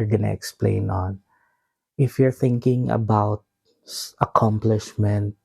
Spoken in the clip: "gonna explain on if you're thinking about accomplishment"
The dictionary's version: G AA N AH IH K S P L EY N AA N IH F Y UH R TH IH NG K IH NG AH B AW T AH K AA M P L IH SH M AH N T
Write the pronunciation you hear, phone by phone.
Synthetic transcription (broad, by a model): G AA N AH IH K S P L EY N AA N IH F Y UH R TH IH NG K IH NG AH B AW T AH K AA M P L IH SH M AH N T